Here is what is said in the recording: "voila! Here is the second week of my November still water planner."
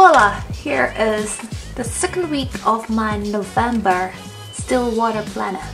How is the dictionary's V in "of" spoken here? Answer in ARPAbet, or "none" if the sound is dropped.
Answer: V